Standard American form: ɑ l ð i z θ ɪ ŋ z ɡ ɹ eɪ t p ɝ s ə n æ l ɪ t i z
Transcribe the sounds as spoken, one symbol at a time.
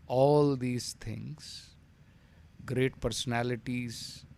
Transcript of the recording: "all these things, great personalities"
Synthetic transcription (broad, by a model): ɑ l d i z t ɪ ŋ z ɡ ɹ eɪ t p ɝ s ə n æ l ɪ t i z